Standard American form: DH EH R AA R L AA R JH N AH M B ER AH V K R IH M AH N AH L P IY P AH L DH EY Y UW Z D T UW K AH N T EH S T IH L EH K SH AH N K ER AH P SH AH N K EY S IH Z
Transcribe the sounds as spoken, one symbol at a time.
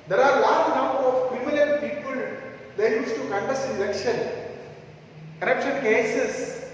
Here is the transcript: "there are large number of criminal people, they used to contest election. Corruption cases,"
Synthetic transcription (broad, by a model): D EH R AA R L AA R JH N AH M B ER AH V K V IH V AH L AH N P IY P AH L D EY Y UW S T UW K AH N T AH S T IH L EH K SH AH N K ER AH P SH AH N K EY S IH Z